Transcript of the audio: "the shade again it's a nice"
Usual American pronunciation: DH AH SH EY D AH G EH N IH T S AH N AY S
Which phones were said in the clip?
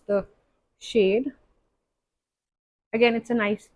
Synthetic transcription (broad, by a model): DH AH SH EY D AH G EH N IH T S AH N AY S